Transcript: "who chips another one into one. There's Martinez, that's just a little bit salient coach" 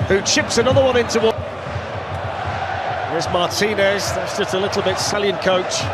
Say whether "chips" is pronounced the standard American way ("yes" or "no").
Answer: yes